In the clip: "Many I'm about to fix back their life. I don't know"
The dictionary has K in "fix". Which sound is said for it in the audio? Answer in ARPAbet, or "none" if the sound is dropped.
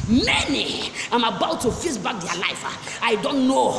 none